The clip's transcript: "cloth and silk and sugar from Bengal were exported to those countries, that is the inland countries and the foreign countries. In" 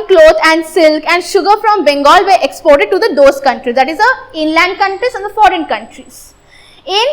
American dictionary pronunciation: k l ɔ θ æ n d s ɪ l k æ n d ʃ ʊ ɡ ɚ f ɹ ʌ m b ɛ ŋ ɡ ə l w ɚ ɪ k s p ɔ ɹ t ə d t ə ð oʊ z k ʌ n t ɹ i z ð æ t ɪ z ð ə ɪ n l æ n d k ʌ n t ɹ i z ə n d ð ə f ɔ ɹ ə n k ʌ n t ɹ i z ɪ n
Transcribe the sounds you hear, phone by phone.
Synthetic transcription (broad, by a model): k l ɔ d æ n d s ɪ l k æ n d ʃ ʊ ɡ ɚ f ɹ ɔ m b ɛ ŋ ɡ ə l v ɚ ɪ k s p ɔ ɹ t ə d t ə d oʊ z k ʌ n t ɹ i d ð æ t ɪ z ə ɪ n l æ n d k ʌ n t ɹ i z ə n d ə f ɔ ɹ ə n k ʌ n t ɹ i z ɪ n